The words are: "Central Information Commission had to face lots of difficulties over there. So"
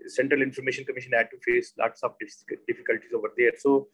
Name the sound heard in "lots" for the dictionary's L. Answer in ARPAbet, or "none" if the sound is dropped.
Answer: L